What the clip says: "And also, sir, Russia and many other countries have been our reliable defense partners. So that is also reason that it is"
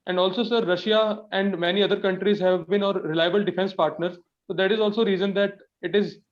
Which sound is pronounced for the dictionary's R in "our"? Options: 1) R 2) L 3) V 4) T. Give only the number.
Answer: 1